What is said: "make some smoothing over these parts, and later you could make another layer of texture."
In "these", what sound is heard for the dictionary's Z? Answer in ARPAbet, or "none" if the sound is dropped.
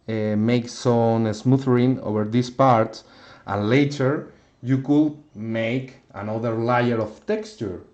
S